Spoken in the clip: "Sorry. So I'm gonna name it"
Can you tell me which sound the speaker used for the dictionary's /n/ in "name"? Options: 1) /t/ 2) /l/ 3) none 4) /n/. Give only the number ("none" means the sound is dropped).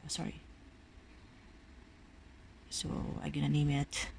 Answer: 4